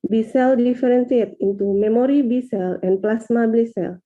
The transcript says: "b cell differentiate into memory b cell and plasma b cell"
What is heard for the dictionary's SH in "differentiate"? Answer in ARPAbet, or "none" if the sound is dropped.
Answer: S